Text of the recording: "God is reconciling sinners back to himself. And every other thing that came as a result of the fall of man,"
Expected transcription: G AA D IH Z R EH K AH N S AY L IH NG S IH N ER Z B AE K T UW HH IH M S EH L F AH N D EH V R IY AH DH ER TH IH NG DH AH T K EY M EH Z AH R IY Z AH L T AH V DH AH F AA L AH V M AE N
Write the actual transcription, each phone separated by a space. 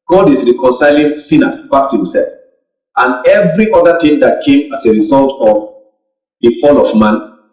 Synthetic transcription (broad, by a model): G AA D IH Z R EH K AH N S AY L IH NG S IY N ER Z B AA K T UW HH IH M S EH L F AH N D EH V R IY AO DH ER T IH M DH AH T K EY M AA S AH R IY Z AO L T AH V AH F AA L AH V M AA N